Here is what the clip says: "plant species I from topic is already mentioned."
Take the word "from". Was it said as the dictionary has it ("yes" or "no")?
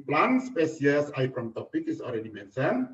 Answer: no